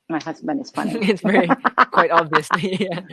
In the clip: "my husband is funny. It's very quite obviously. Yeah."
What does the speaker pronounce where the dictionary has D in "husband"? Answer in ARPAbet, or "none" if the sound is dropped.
none